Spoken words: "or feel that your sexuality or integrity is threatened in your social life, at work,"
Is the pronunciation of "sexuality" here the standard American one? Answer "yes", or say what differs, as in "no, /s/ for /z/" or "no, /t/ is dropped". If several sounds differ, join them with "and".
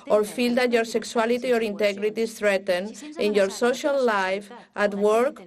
no, /s/ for /ʃ/